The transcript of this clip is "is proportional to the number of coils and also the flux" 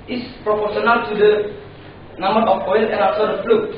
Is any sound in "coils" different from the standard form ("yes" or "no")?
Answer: yes